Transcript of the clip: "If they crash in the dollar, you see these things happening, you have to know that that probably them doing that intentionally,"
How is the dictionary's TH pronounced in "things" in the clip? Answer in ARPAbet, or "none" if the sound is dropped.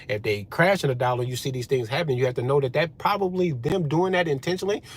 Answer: TH